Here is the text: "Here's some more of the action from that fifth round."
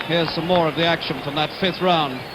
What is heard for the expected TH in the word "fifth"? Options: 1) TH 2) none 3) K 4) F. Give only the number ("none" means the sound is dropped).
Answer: 1